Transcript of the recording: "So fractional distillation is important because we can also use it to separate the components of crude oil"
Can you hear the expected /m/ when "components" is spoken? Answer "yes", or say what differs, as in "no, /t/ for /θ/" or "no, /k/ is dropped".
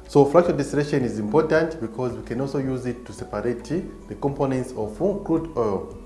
yes